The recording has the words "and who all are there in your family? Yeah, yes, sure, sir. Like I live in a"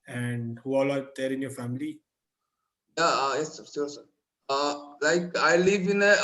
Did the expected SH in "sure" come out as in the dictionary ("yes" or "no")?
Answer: no